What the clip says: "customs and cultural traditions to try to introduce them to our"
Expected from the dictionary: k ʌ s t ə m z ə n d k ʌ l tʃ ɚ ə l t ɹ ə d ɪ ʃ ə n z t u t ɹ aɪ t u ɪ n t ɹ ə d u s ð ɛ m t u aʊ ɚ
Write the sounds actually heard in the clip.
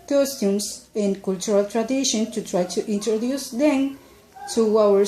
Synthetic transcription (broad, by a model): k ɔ s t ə m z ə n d k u l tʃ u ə l t ɹ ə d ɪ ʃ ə n t u t ɹ aɪ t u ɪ n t ɹ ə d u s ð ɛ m t u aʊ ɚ